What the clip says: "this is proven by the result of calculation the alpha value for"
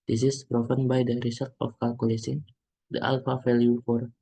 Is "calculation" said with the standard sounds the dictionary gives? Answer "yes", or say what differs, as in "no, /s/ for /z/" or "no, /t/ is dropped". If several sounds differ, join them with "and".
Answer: no, /s/ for /ʃ/